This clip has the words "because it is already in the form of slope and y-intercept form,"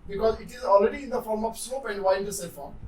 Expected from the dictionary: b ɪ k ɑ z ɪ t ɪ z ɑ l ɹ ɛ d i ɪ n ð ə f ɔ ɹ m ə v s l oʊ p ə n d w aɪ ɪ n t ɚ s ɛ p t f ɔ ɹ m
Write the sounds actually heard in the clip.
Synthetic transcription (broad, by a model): b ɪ k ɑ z ɪ t ɪ z ɑ l ɹ ɛ d i ɪ n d ə f ɔ ɹ m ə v s oʊ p ə n d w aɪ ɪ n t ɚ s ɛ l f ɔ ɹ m